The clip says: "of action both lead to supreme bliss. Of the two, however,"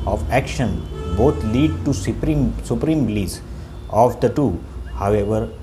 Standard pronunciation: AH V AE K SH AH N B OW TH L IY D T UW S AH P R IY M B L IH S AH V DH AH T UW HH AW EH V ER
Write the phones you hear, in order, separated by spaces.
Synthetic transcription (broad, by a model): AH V AE K SH AH N B OW T L IY D T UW S AH P R IY M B L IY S AH V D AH T UW HH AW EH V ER